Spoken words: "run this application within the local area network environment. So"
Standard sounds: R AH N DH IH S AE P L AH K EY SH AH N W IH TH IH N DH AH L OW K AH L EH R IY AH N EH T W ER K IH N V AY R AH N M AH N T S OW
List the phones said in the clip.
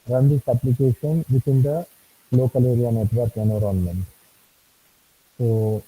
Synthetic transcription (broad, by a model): R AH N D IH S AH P L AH K EY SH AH N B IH T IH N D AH L OW K AH L EH R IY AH N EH T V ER K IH N AO R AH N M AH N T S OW